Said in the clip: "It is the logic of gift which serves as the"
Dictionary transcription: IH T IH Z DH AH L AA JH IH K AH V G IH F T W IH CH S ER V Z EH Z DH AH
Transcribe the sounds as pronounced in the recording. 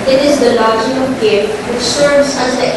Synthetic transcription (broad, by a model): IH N IH Z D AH L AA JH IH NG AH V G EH T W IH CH S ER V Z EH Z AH